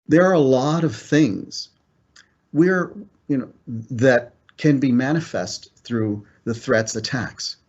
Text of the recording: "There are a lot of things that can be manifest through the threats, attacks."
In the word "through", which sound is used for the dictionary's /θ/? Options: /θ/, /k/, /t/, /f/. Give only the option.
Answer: /θ/